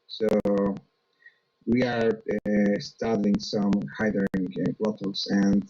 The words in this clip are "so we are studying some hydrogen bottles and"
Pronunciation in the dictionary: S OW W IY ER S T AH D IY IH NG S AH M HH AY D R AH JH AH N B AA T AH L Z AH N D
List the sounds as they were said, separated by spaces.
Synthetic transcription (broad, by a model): S OW W IY ER S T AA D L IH NG S AH M HH AY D AH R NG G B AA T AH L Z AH N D